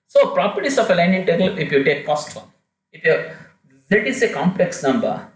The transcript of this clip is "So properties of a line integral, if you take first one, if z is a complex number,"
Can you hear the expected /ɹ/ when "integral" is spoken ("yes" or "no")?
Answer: no